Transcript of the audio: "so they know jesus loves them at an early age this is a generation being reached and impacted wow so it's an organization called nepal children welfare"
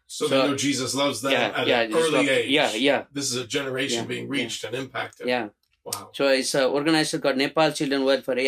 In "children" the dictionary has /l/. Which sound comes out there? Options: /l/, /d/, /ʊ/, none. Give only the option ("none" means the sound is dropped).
/l/